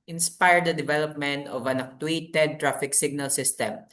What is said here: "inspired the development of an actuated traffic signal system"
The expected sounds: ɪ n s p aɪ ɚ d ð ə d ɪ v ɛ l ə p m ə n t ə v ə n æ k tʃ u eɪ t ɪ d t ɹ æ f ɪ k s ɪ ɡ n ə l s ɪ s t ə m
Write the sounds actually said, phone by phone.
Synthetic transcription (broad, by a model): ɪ n s p aɪ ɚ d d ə d ɪ v ɛ l ə p m ə n t ə v ə n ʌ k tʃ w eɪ t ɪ d t ɹ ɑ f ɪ k s ɪ ɡ n ə l s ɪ s t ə m